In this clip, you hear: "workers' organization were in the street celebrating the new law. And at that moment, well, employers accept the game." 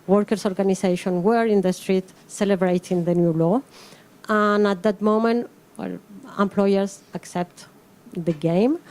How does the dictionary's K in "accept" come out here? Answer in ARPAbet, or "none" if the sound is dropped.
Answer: K